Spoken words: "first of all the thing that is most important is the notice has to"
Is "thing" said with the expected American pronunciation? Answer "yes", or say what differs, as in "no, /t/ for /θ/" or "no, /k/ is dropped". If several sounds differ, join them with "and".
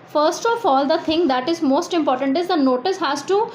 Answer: no, /t/ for /θ/